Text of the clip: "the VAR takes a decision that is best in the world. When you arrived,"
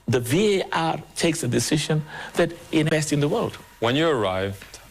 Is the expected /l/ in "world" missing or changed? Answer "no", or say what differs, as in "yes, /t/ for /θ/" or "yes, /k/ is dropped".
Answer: no